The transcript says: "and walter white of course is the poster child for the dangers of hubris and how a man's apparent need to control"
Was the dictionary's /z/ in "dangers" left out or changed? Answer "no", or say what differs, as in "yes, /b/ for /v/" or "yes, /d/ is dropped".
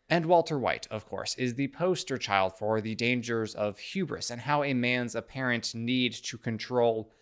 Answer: no